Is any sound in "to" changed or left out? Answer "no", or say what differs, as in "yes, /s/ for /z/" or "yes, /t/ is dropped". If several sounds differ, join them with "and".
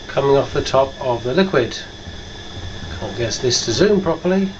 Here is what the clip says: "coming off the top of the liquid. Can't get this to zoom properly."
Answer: no